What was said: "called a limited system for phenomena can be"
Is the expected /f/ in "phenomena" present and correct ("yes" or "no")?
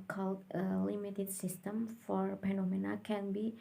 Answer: no